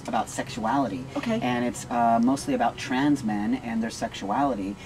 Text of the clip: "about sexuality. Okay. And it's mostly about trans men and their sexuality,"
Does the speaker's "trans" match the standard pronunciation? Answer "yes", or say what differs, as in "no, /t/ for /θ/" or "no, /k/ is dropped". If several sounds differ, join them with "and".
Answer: yes